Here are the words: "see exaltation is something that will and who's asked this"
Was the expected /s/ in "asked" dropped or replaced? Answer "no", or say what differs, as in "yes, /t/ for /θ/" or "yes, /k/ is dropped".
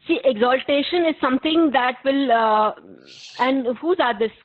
yes, /s/ is dropped